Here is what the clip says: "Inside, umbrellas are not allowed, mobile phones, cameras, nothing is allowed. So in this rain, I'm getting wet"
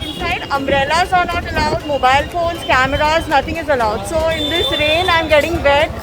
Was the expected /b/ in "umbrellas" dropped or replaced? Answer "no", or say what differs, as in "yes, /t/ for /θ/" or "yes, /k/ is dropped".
yes, /b/ is dropped